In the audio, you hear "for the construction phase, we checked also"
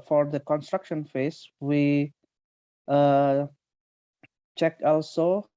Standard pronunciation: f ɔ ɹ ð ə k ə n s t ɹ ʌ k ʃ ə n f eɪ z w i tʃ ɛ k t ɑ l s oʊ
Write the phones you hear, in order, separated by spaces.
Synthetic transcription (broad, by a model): f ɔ ɹ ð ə k ə n s t ɹ ʌ k ʃ ə n f eɪ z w i tʃ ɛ k ɑ l s oʊ